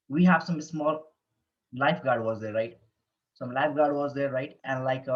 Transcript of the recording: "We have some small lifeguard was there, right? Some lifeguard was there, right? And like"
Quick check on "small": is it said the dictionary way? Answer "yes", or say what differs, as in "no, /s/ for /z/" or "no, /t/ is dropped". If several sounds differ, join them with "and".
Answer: yes